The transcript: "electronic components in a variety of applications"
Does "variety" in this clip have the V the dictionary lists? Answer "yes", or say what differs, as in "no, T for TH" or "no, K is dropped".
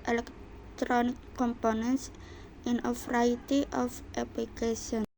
no, F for V